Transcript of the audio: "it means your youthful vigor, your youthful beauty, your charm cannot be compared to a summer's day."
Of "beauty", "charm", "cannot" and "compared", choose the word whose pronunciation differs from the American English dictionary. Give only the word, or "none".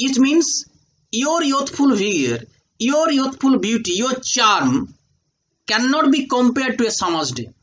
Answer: none